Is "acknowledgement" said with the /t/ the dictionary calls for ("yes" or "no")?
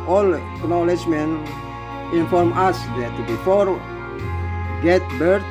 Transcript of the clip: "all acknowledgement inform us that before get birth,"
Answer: no